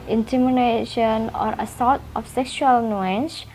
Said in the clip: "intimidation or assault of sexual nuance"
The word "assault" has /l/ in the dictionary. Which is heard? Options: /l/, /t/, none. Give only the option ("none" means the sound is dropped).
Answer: none